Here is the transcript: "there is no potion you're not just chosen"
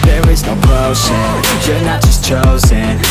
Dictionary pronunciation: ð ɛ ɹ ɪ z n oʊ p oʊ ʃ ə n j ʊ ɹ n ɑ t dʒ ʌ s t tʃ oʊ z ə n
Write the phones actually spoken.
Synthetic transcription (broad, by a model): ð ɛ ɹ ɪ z n oʊ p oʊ s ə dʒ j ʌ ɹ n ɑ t dʒ ʌ s t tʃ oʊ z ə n